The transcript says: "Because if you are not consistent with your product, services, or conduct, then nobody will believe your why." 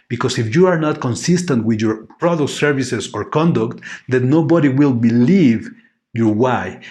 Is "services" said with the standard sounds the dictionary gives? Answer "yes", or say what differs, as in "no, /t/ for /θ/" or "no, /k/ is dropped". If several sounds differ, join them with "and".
no, /s/ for /z/